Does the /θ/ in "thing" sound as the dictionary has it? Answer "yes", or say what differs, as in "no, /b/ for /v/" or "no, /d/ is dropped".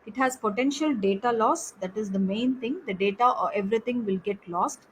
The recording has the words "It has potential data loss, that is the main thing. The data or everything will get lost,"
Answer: no, /t/ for /θ/